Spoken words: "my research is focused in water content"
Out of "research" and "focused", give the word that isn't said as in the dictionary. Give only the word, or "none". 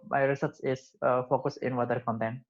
research